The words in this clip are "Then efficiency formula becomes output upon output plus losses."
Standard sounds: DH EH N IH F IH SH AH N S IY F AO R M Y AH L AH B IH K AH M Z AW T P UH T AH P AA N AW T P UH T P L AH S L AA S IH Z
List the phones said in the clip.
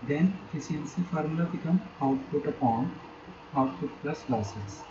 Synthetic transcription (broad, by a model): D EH N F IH S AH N S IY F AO R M L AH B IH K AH M AW T P UH T AH P AA N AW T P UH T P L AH S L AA S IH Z